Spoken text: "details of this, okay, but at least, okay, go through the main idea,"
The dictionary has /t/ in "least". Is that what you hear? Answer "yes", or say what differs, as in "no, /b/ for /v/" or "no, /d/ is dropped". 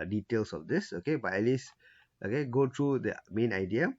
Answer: yes